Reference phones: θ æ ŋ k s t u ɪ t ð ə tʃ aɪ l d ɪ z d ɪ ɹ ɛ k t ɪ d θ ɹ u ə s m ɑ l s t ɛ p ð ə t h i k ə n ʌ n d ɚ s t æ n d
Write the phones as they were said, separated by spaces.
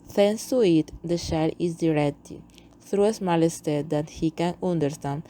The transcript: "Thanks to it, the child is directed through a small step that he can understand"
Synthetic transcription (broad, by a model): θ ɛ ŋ s t u ɪ t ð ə ʃ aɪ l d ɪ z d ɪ ɹ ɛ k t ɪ θ ɹ u ə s m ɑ l s t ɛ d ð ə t h i k ə n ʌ n d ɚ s t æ n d